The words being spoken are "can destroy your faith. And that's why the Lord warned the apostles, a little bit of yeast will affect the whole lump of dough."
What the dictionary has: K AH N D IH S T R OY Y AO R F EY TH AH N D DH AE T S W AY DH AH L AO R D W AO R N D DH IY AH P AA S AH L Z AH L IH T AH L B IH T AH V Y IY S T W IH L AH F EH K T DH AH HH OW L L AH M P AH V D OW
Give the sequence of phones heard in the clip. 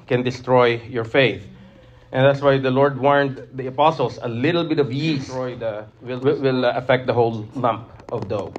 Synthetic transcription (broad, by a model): K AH N D IH S T R OY Y AO R F EY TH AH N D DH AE T S W AY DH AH L AO R D W AO R N D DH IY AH P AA S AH L S AH L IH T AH L B IH T AH V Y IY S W W IH L AH F EH K T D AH HH OW L L AH M P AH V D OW